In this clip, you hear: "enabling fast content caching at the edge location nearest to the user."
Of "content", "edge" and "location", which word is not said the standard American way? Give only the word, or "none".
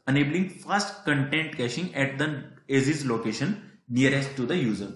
edge